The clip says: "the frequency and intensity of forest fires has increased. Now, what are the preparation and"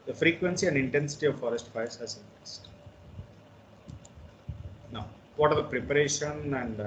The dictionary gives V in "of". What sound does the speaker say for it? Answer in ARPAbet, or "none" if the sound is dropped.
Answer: V